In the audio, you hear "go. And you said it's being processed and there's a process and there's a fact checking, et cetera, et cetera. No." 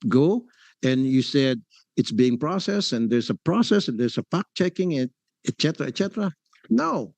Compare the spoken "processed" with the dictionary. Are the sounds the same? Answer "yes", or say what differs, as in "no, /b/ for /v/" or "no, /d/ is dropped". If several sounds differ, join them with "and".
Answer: no, /t/ is dropped